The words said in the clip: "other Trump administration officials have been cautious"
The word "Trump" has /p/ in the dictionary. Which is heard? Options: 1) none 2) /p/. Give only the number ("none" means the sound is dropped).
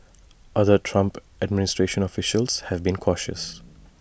2